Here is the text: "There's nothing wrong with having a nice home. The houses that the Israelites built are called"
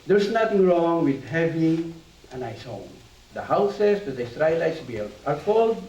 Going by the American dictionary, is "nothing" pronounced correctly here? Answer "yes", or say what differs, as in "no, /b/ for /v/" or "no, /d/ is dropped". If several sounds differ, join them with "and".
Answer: no, /t/ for /θ/